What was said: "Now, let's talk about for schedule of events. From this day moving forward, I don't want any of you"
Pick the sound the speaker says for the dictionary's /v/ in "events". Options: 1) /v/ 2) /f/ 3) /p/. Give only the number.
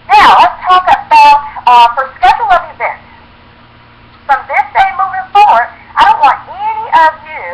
1